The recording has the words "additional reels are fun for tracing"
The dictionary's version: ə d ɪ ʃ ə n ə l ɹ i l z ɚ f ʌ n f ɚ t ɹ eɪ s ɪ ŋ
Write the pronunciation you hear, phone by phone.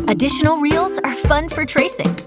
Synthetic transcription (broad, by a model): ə d ɪ ʃ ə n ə l ɹ i l z ɚ f ʌ n f ɚ t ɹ eɪ s ɪ ŋ